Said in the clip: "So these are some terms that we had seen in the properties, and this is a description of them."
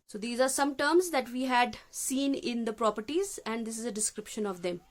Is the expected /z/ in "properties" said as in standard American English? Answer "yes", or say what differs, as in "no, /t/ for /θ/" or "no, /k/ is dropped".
yes